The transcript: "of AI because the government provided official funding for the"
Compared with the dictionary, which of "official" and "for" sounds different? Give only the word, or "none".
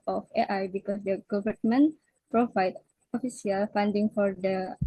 official